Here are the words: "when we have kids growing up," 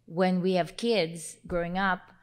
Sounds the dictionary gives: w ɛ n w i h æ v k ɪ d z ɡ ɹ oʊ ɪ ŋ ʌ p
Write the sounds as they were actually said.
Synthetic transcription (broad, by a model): w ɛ n w i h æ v k ɪ d z ɡ ɹ oʊ ɪ ŋ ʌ p